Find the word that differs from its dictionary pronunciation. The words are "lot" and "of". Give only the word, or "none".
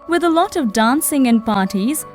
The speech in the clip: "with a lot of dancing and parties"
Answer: none